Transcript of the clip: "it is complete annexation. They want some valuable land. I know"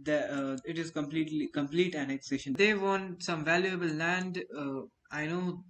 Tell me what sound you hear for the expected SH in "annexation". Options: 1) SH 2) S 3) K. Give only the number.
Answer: 1